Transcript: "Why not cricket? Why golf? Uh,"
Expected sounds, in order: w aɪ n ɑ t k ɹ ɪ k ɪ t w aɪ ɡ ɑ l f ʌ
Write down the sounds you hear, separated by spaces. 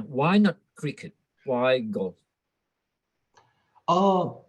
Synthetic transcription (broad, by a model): w aɪ n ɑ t k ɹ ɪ k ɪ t w aɪ ɡ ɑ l ɔ